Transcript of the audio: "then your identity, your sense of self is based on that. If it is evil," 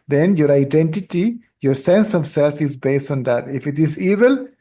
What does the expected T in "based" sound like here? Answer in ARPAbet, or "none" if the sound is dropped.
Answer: T